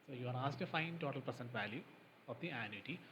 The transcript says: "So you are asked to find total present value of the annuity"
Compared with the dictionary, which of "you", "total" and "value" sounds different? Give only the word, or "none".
none